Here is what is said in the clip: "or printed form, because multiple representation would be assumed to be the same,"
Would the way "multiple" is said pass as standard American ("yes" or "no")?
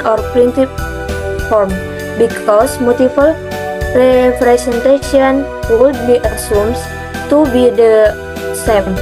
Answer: no